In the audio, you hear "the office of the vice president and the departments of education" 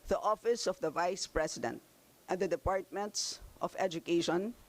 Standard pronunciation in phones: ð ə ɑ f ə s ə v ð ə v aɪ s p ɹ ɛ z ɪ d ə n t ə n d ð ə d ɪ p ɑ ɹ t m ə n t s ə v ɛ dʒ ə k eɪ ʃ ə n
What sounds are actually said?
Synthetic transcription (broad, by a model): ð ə ɑ f ə s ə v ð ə v aɪ s p ɹ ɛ s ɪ d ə n t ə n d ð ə d ɪ p ɑ ɹ t m ə n t s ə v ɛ dʒ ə k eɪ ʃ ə n